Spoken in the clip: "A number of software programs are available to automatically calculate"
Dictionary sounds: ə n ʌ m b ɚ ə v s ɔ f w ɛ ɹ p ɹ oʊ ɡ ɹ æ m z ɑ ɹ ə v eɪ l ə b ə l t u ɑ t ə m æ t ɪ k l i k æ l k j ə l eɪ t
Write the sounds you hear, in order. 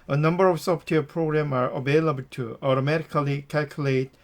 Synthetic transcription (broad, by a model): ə n ʌ m b ɚ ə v s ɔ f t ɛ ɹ p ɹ oʊ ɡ ɹ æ m ɑ ɹ ə v eɪ l ə b ə l t u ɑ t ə m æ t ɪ k l i k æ l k j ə l eɪ t